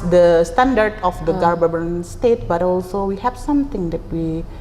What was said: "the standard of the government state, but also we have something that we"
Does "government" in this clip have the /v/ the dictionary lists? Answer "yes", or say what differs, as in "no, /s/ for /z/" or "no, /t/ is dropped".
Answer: no, /b/ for /v/